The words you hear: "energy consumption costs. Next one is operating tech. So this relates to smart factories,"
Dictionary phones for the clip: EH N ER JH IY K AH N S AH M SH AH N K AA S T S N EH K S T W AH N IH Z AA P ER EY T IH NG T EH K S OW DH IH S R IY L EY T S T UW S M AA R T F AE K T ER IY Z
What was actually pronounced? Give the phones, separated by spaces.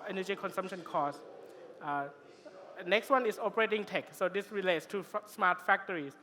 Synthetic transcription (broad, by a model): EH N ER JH IY K AH N S AH M SH AH N K AA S S N EH K S T W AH N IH S AA P ER EY T IH NG T EH K S OW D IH S R IY L EY T S T UW S M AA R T F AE K T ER IY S